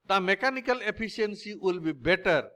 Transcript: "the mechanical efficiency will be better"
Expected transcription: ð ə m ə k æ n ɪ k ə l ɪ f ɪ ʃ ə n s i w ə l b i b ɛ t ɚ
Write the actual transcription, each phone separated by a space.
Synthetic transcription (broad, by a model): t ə m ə k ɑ n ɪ k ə l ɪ p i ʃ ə n s i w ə l b i b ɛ t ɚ